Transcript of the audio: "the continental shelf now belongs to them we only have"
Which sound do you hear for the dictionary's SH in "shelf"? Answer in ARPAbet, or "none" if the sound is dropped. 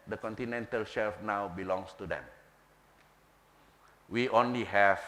SH